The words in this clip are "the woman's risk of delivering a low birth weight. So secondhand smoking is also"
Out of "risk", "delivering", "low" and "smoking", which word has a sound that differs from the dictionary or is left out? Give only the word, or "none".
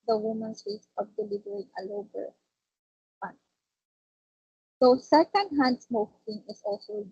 risk